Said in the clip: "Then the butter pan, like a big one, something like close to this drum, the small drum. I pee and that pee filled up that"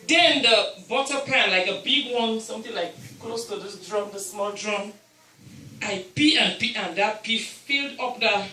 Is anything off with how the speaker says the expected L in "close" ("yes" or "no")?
no